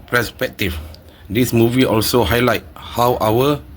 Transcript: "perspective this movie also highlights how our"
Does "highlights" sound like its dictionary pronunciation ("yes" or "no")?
no